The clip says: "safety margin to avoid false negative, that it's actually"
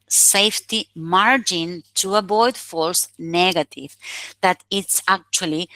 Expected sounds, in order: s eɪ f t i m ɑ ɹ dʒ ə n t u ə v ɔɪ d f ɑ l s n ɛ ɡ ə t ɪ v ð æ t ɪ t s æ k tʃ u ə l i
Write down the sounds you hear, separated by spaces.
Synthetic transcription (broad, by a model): s eɪ f t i m ɑ ɹ dʒ ə n t u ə b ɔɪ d f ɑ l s n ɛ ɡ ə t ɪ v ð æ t ɪ t s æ k tʃ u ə l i